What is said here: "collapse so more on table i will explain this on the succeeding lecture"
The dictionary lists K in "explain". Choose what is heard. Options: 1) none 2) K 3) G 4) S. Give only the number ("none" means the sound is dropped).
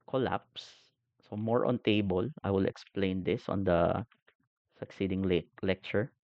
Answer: 2